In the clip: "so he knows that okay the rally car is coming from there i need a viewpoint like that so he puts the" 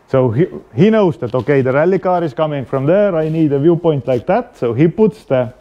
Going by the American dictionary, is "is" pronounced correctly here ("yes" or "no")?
no